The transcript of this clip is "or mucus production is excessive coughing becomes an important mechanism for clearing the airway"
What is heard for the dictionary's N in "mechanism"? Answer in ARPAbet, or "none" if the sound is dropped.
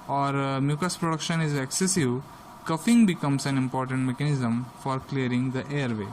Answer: N